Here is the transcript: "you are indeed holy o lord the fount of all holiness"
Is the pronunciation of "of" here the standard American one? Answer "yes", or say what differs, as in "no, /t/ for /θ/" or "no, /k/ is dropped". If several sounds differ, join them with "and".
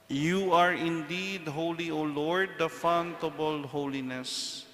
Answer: no, /b/ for /v/